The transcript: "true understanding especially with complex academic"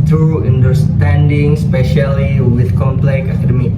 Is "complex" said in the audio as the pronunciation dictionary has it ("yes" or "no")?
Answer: no